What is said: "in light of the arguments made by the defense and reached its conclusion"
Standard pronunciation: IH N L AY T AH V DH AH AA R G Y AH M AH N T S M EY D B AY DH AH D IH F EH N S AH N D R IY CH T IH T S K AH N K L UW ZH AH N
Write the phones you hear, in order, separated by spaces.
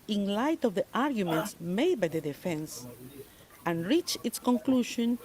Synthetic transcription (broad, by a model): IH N L AY T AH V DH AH AA R G Y AH M AH N T S M EY D B AY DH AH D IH F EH N S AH N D R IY CH IH T S K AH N K L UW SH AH N